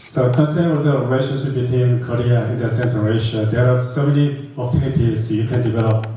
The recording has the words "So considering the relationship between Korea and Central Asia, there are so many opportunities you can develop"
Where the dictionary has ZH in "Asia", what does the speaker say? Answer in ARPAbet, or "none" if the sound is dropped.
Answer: SH